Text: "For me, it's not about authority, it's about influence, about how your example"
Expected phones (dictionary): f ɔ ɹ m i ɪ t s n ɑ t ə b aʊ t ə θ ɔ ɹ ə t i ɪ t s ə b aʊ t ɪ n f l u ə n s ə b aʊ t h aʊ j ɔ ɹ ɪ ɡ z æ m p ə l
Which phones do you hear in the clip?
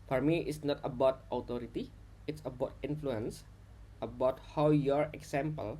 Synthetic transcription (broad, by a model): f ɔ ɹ m i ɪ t s n ɑ t ə b aʊ t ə t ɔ ɹ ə t i ɪ t s ə b aʊ t ɪ n f l u ə n s ə b aʊ t h aʊ j ɔ ɹ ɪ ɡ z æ m p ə l